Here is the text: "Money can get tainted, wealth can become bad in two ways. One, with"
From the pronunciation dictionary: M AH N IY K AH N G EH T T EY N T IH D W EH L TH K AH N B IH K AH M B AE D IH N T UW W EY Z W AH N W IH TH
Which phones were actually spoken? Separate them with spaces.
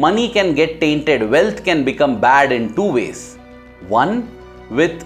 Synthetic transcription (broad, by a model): M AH N IY K AH N G EH T T EY N T IH D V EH L T K AH N B IH K AH M B AE D IH N T UW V EY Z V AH N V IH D